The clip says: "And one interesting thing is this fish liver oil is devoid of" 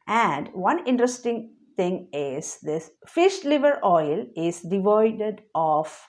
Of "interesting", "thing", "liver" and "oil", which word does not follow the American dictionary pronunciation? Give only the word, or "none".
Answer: thing